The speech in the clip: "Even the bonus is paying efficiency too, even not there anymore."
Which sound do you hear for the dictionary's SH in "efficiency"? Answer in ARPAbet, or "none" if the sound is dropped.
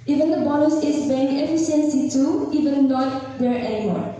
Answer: S